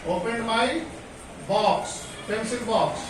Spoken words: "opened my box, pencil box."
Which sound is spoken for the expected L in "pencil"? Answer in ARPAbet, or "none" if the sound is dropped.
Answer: N